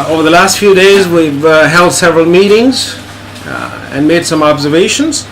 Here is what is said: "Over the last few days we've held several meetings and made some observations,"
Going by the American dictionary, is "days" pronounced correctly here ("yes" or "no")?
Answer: yes